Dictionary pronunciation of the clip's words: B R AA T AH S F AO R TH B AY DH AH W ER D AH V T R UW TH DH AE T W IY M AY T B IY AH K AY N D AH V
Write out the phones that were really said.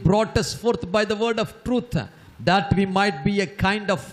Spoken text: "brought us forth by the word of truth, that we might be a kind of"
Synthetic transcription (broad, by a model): B R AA T AH S F AO R T B AY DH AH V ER D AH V T R UW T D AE T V IY M AY T B IY AH K AY N D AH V